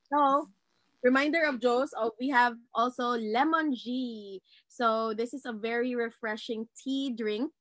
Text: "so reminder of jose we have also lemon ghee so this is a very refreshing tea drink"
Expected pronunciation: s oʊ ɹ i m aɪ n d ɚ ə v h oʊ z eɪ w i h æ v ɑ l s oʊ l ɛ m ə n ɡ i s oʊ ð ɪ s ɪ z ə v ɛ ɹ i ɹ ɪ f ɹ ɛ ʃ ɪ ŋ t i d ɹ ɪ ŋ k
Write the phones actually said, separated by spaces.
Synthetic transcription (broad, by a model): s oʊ ɹ i m aɪ n d ɚ ə v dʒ oʊ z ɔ w i h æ v ɑ l s oʊ l ɛ m ə n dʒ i s oʊ ð ɪ s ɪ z ə v ɛ ɹ i ɹ ɪ f ɹ ɛ ʃ ɪ ŋ t i d ɹ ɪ ŋ k